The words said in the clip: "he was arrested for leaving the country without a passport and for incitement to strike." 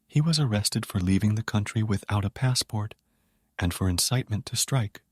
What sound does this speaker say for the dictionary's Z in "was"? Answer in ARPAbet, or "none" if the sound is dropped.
Z